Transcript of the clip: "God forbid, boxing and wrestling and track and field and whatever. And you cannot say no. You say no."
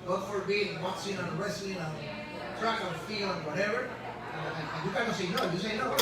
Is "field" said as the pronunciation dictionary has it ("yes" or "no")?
no